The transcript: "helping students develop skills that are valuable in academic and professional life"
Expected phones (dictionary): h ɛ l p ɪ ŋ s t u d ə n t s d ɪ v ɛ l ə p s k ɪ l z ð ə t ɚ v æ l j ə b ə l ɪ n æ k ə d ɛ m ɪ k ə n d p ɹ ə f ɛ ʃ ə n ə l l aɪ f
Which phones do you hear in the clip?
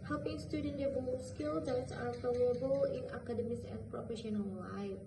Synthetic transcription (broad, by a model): h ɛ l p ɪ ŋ s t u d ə n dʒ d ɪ b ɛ ə s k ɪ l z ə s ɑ f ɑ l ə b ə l ɪ n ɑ k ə d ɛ m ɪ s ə n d p ɹ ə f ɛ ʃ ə n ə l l aɪ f